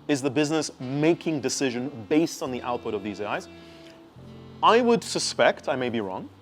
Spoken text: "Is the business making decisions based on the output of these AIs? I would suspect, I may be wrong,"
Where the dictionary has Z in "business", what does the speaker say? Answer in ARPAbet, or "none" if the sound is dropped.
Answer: Z